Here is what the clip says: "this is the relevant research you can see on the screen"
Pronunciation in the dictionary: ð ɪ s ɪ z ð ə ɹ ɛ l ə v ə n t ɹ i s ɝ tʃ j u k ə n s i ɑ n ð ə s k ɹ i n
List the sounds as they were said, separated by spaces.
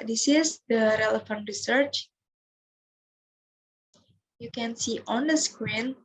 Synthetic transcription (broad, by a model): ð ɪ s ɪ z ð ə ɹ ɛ l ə f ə n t ɹ i s ɝ tʃ j u k ə n s i ɑ n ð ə s k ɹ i n